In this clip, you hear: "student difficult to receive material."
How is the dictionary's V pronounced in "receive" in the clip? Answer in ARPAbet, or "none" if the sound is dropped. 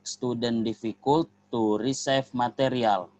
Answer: F